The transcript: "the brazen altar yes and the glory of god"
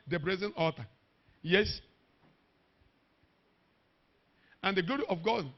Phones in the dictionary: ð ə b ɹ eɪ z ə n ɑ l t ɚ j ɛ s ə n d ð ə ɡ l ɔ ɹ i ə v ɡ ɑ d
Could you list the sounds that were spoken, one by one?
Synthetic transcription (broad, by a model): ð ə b ɹ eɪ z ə n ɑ t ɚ j ɛ s ə n d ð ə ɡ l ɔ ɹ i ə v ɡ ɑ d